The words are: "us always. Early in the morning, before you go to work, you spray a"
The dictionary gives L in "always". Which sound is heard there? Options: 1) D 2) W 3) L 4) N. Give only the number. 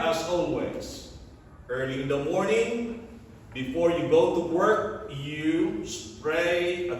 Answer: 4